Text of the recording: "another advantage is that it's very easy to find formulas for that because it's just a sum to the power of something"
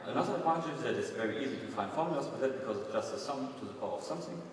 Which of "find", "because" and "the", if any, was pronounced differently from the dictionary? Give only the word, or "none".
none